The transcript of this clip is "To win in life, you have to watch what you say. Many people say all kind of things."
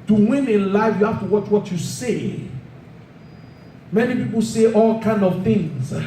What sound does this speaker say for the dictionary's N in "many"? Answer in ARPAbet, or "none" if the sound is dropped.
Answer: N